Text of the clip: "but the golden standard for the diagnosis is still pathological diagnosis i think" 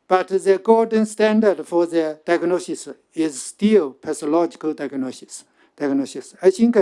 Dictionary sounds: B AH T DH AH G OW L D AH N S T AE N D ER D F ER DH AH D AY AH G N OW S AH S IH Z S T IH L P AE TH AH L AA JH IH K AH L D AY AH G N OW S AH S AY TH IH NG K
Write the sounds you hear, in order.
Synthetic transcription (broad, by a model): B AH T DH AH G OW D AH N S T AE N D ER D F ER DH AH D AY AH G N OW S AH S IH Z S T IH L P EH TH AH L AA JH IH K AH L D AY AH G N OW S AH S AY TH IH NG K